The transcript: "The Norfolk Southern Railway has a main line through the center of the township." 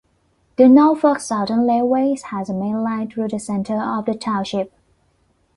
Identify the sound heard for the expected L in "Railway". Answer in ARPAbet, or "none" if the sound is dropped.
none